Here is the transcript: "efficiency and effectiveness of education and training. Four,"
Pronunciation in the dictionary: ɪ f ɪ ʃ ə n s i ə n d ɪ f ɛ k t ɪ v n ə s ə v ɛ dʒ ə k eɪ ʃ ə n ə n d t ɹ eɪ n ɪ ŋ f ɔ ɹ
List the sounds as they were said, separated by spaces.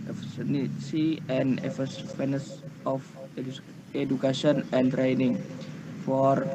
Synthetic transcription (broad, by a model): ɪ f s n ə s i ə n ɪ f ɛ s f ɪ n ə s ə f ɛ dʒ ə k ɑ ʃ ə n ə n t ɹ eɪ n ɪ ŋ f ɔ ɹ